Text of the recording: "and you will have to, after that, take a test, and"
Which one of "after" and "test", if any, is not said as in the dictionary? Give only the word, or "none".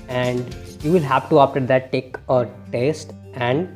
after